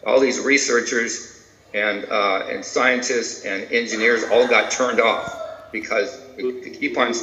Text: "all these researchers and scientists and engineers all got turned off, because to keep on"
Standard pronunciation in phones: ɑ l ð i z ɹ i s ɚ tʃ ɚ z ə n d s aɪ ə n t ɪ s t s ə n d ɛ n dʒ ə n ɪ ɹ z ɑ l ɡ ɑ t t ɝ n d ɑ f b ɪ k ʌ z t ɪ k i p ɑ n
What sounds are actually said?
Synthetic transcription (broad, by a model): ɑ l ð i z ɹ i s ɚ tʃ ɚ z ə n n s aɪ ə n t ɪ s t s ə n ɛ n dʒ ə n ɪ ɹ z ɑ l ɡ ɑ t t ɝ n d ɑ f b ɪ k ʌ z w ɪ k i p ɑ n